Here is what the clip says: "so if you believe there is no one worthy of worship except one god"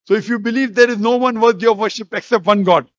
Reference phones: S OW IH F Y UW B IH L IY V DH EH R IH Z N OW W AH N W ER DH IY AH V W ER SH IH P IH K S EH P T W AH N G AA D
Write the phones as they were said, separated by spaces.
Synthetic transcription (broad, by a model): S OW IH F Y UW B IH L IY V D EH R IH Z N OW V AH N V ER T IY AH V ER SH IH P IH K S EH P T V AH N G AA D